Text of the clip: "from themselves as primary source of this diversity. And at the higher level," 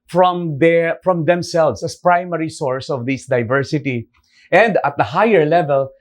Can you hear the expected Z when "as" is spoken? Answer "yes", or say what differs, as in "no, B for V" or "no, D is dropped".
no, S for Z